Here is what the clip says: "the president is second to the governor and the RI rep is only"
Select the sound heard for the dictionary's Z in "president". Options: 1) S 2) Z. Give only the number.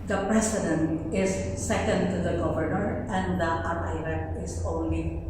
1